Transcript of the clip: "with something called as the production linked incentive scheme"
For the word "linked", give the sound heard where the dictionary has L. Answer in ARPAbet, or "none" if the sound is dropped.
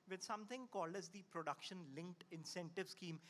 L